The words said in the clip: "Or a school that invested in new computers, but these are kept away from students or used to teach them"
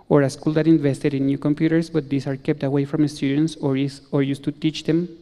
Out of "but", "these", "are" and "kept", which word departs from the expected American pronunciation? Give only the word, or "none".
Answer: these